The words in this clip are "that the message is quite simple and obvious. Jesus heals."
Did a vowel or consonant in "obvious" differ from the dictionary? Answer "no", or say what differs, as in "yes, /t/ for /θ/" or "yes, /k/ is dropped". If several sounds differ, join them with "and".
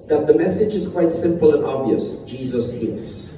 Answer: no